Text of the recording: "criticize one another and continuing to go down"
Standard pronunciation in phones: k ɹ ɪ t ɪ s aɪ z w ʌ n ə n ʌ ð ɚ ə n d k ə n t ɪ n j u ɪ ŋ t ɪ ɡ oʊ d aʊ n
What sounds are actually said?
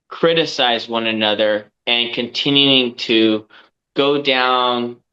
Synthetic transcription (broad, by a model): k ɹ ɪ t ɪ s aɪ z w ʌ n ə n ʌ ð ɚ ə n k ə n t ɪ n j u ɪ ŋ t ɪ ɡ oʊ d aʊ n